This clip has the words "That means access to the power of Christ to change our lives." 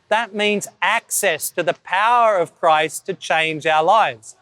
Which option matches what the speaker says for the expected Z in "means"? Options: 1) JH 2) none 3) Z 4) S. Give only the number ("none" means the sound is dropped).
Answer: 3